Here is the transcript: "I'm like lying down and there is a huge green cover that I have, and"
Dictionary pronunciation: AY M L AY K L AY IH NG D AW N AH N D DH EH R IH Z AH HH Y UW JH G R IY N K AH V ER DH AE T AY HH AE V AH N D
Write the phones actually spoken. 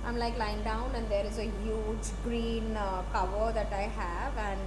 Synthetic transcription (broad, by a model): AY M L AY K L AY IH NG D AW N AH N D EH R IH Z AH HH Y UW JH G R IY N K AH V ER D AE T AY HH AE V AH N D